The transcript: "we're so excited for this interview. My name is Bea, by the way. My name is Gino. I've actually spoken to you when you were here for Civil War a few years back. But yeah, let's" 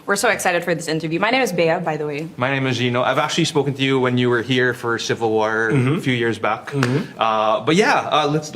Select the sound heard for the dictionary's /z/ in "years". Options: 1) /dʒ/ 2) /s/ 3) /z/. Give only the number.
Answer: 3